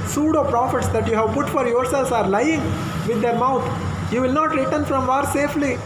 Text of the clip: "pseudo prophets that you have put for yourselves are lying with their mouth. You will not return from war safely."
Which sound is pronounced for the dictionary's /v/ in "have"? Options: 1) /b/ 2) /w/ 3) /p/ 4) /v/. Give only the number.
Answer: 4